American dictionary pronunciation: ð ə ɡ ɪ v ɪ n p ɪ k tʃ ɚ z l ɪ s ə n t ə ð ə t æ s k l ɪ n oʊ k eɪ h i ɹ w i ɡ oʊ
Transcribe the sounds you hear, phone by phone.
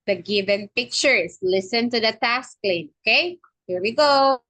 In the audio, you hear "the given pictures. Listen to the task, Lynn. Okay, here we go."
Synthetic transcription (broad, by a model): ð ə ɡ ɪ v ɪ n p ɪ k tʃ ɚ s l ɪ s ə n t ə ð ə t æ s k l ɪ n oʊ k eɪ h i ɹ w i ɡ oʊ